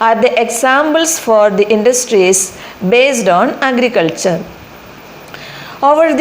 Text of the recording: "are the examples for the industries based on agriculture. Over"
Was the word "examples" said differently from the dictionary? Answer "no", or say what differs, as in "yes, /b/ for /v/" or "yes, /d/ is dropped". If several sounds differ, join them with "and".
yes, /b/ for /p/ and /s/ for /z/